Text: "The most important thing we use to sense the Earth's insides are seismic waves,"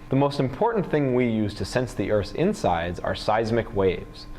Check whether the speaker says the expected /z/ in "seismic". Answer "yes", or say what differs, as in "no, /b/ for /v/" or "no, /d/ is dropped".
yes